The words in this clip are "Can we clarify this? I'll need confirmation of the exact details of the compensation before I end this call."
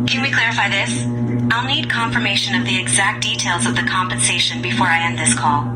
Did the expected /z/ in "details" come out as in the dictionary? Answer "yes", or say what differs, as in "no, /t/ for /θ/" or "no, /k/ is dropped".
yes